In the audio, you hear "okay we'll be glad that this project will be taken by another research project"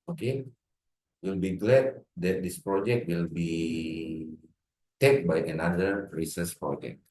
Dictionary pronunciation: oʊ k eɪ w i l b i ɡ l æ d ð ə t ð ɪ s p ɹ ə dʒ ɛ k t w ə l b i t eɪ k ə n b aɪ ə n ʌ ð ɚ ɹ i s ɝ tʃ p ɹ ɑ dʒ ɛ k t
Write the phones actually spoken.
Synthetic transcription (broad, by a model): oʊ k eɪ w i l b i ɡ l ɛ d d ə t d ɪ s p ɹ ə dʒ ɛ k t w ə l b i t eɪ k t b aɪ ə n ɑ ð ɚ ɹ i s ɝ s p ɹ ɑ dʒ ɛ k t